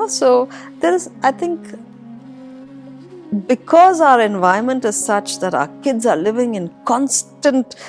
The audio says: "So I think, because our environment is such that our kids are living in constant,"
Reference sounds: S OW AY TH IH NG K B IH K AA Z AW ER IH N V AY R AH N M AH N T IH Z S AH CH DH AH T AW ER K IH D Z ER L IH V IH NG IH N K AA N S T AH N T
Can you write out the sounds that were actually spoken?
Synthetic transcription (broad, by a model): S OW AY T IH NG K B IH K AA Z AW ER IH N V AY AH M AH N T IH Z S AH CH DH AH T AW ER K IH D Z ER L IH V IH NG IH N K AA N S T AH N T